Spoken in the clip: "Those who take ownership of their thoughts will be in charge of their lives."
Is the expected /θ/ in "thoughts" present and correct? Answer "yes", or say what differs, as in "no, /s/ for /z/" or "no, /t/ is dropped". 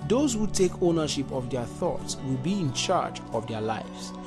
yes